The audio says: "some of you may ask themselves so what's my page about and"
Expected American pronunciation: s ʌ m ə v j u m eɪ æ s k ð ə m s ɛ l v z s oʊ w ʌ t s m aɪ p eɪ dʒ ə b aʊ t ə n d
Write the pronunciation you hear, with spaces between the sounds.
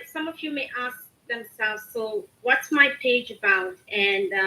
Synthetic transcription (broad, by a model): s ʌ m ə v j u m eɪ æ s k ð ə m s ɛ l v z s oʊ w ʌ t s m aɪ p eɪ dʒ ə b aʊ t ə n